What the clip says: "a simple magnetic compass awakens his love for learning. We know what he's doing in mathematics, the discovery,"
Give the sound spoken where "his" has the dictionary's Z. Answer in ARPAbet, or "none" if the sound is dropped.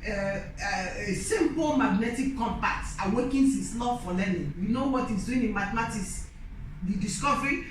S